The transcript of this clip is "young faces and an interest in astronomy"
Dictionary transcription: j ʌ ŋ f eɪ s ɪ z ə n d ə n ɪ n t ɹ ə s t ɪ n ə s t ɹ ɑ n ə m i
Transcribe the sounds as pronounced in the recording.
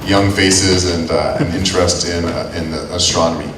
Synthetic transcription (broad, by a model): j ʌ ŋ f eɪ s ɪ z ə n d ə n ɪ n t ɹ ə s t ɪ n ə s t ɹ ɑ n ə m i